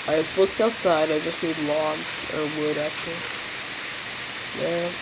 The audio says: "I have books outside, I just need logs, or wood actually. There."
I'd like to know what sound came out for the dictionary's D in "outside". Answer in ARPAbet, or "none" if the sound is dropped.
D